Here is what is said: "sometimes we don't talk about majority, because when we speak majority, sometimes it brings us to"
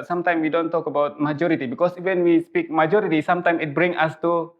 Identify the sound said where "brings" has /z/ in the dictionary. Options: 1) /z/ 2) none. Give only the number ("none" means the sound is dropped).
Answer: 2